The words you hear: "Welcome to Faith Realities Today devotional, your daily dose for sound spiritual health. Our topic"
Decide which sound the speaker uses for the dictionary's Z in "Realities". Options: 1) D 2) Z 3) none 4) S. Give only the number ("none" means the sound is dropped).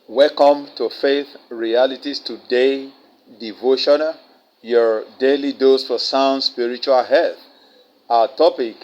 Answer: 4